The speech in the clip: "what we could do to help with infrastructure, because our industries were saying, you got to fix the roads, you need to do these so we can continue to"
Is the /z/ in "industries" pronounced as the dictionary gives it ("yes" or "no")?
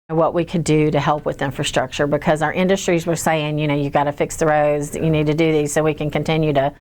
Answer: yes